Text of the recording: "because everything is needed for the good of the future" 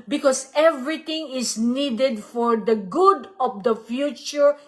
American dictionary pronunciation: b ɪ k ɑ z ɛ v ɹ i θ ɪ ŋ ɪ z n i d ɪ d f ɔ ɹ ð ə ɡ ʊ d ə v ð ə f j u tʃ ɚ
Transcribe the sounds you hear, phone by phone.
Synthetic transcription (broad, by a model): b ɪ k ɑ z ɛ v ɹ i t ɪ ŋ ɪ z n i d ɪ d f ɔ ɹ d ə ɡ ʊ d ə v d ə f j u tʃ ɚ